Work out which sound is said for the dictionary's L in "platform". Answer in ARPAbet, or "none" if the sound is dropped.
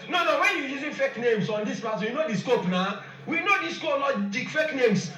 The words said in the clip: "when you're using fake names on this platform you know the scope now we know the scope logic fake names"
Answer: none